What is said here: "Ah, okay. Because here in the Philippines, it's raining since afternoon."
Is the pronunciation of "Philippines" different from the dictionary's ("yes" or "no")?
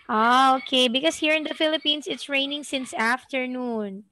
yes